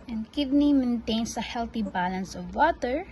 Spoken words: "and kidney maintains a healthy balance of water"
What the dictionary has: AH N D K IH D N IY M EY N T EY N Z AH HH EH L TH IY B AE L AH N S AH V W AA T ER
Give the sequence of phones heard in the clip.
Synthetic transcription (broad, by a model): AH N D K IH D N IY M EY N T EY N S AH HH EH L T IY B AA L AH N S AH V W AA T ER